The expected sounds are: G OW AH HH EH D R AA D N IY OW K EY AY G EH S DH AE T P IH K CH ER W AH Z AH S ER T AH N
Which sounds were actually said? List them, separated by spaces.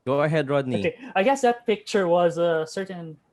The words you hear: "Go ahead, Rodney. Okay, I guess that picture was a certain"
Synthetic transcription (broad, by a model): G OW AH HH EH D R AA D N IY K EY AY G EH S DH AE T P IH K CH ER W AH Z AH S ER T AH N